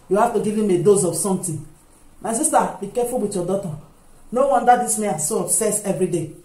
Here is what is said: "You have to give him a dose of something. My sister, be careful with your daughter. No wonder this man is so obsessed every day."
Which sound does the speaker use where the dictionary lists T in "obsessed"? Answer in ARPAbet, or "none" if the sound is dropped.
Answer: none